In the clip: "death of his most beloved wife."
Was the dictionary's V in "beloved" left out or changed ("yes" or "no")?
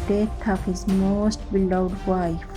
yes